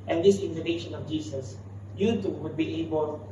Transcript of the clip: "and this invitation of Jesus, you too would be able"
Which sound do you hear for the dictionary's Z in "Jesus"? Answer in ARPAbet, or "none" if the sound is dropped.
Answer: S